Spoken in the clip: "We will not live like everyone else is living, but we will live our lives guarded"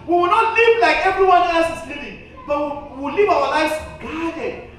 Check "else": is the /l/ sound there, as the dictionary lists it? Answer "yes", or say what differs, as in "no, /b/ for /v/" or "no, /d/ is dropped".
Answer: no, /l/ is dropped